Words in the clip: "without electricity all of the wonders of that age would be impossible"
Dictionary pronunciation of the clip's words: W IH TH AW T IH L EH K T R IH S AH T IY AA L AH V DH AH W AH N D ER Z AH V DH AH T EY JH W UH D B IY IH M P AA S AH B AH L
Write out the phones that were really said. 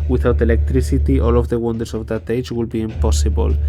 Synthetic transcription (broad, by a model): W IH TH AW T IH L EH K T R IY S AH T IY AA L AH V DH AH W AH N D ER S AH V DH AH T EY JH W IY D B IY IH M P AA S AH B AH L